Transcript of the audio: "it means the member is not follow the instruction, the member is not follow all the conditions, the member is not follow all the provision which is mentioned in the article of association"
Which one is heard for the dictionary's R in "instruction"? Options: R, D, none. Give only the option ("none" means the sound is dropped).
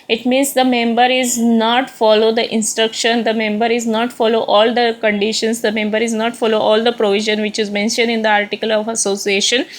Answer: R